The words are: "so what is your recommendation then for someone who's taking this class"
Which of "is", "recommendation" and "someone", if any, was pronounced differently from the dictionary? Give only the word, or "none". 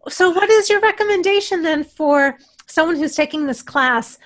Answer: none